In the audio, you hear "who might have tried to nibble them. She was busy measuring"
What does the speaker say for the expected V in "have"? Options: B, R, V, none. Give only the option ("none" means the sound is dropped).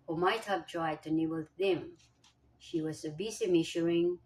B